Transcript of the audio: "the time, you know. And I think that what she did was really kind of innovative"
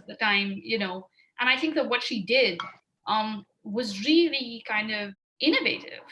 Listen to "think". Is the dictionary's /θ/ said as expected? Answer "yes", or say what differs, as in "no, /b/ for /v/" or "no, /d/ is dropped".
yes